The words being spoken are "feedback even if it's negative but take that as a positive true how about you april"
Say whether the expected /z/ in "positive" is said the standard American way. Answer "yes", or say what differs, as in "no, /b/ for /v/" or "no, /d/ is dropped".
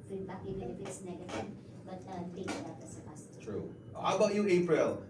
no, /s/ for /z/